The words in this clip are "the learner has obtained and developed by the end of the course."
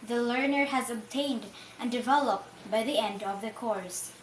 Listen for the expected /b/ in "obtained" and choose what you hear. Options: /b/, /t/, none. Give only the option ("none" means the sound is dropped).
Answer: /b/